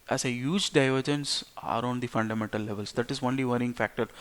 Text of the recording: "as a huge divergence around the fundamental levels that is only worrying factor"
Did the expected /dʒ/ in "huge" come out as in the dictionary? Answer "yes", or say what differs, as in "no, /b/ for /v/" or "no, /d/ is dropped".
yes